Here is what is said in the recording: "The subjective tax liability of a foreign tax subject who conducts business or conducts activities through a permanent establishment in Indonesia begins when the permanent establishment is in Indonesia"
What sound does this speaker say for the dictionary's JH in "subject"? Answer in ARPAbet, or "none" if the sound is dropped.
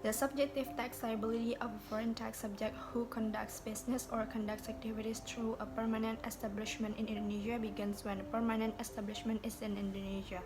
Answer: JH